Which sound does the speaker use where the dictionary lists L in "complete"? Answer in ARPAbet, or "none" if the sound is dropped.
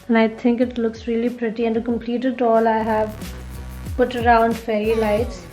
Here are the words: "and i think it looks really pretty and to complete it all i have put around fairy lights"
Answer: L